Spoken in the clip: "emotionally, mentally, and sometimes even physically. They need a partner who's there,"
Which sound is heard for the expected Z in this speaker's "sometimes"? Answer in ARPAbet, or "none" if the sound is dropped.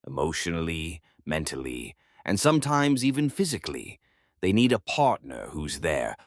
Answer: Z